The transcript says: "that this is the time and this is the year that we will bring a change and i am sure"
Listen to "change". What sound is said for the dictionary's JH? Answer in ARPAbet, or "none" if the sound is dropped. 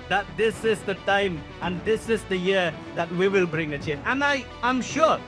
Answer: none